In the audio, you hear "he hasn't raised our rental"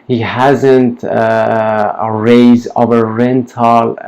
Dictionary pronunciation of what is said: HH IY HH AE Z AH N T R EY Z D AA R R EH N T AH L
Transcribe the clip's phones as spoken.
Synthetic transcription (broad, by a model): HH IY HH AE Z AH N T R EY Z AA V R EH N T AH L